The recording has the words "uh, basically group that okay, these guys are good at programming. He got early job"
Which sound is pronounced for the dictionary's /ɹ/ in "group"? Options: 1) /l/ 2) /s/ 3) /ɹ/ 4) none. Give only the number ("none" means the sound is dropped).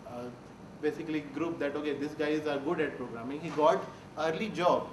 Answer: 3